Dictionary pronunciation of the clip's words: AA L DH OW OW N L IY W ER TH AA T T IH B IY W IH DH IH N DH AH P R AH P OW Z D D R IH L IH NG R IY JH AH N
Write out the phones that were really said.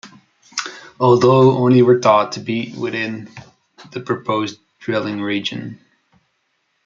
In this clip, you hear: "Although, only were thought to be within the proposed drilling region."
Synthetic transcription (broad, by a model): AA L DH OW OW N IY W ER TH AA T T IH B IY W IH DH IH N DH AH P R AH P OW Z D D R IH L IH NG R IY JH AH N